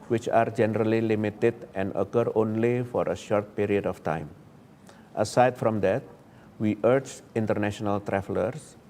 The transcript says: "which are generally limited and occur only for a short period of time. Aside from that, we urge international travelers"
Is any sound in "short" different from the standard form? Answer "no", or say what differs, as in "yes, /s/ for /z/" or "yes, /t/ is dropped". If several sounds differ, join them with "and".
no